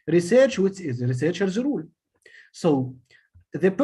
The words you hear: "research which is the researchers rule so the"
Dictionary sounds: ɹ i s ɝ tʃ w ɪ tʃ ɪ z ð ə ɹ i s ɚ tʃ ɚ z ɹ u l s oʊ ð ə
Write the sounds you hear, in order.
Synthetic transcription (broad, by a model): ɹ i s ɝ tʃ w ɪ s ɪ z ɹ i s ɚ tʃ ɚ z ɹ u l s oʊ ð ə